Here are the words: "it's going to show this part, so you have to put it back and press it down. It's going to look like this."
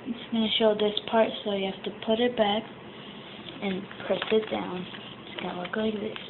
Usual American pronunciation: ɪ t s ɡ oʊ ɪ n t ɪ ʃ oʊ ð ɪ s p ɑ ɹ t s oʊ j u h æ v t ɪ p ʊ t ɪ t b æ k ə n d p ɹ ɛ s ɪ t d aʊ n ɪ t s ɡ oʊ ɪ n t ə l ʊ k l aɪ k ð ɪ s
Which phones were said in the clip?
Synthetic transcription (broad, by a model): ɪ t s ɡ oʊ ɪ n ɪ ʃ oʊ ð ɪ s p ɑ ɹ t s oʊ j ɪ h æ f t ɪ p ʊ t ɪ t b æ k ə n p ɹ ɛ s ɪ t d aʊ n ɪ t s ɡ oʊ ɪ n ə l ʊ k l aɪ k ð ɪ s